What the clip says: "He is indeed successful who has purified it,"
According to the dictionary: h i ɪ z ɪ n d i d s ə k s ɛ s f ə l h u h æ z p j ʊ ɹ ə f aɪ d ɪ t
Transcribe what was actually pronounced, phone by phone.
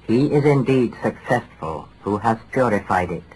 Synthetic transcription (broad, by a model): h i ɪ z ɪ n d i d s ə k s ɛ s f ə l h u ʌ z p j ʊ ɹ ə f aɪ d ɪ t